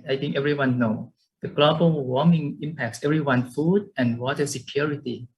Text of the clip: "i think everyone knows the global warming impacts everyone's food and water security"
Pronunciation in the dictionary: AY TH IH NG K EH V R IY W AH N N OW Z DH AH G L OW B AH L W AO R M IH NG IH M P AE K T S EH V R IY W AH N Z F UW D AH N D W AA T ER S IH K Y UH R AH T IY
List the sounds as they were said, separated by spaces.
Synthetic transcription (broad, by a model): AY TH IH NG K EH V R IY W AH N N OW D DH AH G L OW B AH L W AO M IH NG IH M P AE K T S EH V R IY W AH N F UW D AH N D W AA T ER S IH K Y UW R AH T IY